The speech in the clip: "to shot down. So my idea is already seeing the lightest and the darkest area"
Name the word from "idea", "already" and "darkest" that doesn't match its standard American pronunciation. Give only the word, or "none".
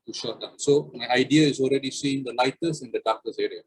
darkest